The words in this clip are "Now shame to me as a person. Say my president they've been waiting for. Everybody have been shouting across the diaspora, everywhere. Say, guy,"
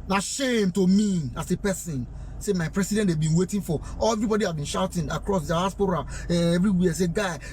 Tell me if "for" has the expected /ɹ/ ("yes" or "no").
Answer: no